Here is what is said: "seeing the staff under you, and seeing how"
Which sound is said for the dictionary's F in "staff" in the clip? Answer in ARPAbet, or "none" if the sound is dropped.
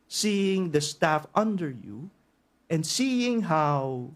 F